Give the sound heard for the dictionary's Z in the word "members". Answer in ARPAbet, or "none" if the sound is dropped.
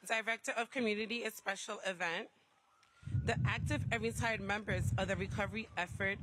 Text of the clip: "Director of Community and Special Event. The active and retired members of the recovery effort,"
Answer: Z